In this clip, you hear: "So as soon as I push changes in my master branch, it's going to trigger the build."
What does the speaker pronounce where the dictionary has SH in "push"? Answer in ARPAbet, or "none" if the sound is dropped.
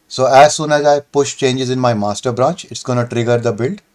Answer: SH